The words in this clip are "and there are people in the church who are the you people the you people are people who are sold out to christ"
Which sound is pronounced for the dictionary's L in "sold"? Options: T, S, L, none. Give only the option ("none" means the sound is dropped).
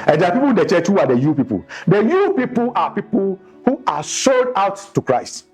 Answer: none